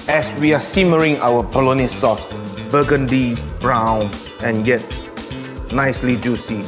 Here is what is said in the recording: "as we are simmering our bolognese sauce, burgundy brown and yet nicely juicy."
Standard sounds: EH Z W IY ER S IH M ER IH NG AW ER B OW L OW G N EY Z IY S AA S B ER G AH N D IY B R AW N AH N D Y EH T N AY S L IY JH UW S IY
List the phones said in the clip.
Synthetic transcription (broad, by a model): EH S W IY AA S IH M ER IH NG AW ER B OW L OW N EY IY S AA S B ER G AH N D IY B R AW N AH N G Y EH T N AY S L IY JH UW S IY